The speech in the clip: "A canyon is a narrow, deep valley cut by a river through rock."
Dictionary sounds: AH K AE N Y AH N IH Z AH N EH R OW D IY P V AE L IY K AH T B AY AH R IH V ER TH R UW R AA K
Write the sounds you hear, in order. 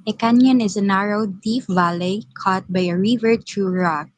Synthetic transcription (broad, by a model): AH K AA N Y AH N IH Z AH N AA R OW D IY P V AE L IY K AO T B AY AH R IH V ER T R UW R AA K